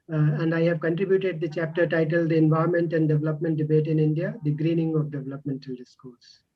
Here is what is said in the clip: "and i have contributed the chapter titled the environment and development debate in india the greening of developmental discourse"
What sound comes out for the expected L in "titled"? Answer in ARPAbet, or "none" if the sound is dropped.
L